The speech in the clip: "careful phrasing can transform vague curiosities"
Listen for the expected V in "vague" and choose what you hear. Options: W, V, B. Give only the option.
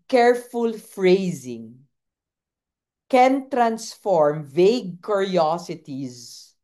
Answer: V